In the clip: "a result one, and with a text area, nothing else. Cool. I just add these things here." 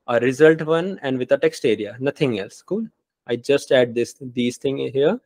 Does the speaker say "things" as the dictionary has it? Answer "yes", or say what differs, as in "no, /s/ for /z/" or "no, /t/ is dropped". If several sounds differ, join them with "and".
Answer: no, /t/ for /θ/